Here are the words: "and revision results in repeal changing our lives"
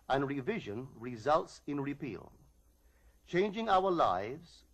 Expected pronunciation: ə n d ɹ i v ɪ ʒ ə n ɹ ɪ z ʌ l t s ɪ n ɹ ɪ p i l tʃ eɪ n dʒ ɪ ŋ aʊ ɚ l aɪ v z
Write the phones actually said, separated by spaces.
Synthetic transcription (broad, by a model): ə n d ɹ i v ɪ ʒ ə n ɹ ɪ z ʌ l t s ɪ n ɹ ɪ p i l tʃ eɪ n dʒ ɪ ŋ aʊ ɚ l aɪ v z